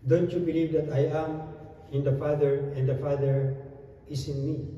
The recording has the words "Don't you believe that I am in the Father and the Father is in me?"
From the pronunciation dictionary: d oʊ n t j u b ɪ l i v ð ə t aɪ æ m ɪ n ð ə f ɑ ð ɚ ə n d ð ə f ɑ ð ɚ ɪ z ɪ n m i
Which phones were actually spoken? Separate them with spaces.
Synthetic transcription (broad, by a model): d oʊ n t j u b ɪ l i v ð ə t aɪ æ m ɪ n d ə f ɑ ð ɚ ə n d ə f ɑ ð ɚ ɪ s ɪ n m i